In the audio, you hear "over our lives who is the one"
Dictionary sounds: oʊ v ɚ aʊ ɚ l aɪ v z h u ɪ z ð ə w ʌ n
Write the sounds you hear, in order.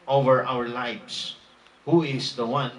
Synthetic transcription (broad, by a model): oʊ v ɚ aʊ ɚ l aɪ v s h u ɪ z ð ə w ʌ n